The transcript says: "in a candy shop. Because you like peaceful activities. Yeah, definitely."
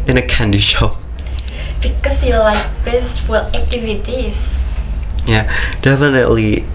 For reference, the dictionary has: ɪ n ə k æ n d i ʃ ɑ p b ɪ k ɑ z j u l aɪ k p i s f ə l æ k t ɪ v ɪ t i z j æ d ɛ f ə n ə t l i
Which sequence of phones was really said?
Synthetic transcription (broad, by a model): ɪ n ə k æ n d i ʃ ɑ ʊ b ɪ k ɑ s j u l aɪ k b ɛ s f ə l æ k t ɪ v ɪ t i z j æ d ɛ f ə n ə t l i